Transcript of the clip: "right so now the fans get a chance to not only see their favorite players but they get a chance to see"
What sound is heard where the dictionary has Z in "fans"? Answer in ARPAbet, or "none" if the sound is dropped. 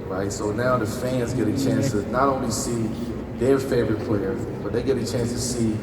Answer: Z